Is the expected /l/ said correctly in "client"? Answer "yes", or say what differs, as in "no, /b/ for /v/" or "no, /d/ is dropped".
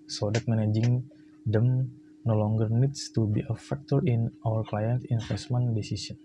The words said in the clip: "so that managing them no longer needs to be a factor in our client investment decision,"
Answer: yes